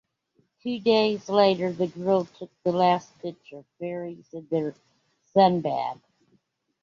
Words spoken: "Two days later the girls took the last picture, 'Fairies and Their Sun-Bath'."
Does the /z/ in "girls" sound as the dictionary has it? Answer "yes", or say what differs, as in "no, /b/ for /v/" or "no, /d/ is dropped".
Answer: no, /z/ is dropped